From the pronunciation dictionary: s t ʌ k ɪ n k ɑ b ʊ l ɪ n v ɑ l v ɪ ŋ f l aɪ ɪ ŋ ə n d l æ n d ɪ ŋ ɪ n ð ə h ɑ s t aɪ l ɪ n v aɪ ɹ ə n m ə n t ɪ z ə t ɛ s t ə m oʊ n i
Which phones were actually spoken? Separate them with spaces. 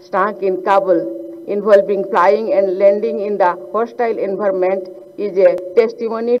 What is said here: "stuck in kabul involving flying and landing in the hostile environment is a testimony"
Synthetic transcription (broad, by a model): s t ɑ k ɪ n k ɑ b ʊ l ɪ n b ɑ l b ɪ ŋ p l aɪ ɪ ŋ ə n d l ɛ n d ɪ ŋ ɪ n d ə h ɑ s t aɪ l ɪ n b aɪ ɹ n m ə n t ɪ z ə t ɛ s t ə m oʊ n i